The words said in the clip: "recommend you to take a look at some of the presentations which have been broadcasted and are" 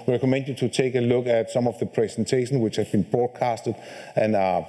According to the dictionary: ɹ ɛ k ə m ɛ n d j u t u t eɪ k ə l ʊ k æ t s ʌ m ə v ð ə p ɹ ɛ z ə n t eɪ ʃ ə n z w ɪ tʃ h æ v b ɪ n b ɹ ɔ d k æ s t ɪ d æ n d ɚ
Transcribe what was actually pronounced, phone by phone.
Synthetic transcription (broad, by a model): ɹ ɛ k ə m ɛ n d j u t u t eɪ k ə l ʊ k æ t s ʌ m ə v ð ə p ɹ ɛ s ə n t eɪ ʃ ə n s w ɪ tʃ h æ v b ɪ n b ɹ ɔ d k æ s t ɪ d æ n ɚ